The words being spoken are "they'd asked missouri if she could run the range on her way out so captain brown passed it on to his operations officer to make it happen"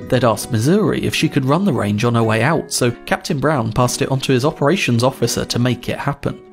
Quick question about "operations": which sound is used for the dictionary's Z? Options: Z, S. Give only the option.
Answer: Z